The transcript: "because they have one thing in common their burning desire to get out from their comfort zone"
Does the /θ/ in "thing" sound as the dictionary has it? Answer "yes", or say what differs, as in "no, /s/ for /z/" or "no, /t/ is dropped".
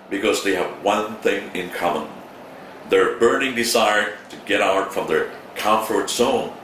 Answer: yes